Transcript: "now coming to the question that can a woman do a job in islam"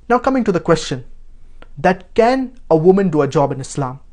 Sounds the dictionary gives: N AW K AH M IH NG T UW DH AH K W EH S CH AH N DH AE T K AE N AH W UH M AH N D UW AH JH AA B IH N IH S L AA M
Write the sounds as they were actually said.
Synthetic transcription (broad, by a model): N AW K AH M IH NG T UW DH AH K W EH S CH AH N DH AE T K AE N AH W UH M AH N D UW AH JH AA B IH N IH S L AA M